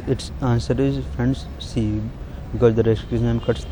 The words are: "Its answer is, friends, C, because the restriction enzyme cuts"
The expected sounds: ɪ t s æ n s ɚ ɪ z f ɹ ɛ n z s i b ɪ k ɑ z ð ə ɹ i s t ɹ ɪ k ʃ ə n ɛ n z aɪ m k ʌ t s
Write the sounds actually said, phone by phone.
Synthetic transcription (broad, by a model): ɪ t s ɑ n s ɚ ɪ z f ɹ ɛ n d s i b ɪ k ɑ z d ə ɹ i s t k ə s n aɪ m k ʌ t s